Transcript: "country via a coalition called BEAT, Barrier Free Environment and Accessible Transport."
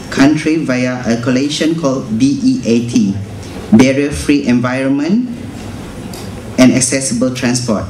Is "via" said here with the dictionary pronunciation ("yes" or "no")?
yes